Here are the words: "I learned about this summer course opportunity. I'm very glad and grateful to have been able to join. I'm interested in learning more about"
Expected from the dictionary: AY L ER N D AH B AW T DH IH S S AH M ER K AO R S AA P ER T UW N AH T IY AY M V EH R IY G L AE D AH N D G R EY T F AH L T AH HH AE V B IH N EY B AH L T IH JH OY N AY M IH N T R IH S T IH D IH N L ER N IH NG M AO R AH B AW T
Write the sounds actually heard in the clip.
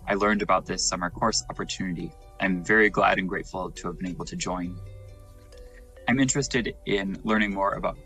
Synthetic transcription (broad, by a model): AY L ER N D AH B AW T DH IH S S AH M ER K AO R S AA P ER T UW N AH T IY AY M V EH R IY G L AE D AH N G R EY T F L T AH V B IH N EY B L T IH JH OY N AY M IH N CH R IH S T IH D IH N L ER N IH NG M AO R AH B AW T